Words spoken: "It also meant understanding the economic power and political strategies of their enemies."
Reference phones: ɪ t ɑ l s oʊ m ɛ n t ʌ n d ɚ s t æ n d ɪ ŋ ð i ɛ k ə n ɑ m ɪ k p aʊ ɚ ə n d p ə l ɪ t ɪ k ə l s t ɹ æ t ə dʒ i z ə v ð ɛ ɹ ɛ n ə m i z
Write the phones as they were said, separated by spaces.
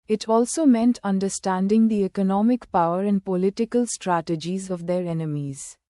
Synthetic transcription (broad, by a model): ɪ t ɑ l s oʊ m ɛ n t ʌ n d ɚ s t æ n d ɪ ŋ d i ɛ k ə n ɑ m ɪ k p aʊ ɚ ə n d p ə l ɪ t ɪ k ə l s t ɹ æ t ə dʒ i z ə v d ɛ ɹ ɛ n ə m i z